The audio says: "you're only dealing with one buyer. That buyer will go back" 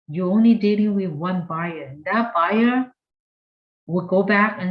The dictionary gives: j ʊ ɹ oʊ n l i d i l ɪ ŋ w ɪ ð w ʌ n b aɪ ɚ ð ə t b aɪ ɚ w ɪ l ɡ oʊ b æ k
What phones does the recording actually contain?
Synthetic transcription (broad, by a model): j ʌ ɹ oʊ n l i d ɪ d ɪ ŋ w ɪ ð w ʌ n b aɪ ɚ ð ə t b aɪ ɚ w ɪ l ɡ oʊ b æ k